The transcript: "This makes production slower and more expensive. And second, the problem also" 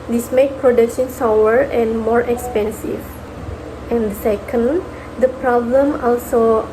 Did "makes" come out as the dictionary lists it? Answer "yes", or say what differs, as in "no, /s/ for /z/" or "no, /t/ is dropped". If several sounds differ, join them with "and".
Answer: no, /s/ is dropped